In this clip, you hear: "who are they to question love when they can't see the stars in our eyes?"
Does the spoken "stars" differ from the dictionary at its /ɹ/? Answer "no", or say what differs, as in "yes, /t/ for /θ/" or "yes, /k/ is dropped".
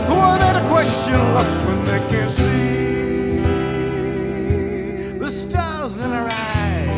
yes, /l/ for /ɹ/